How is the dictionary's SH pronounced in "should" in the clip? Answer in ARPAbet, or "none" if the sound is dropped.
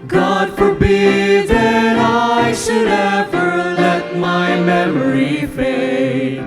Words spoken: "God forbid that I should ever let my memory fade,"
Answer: SH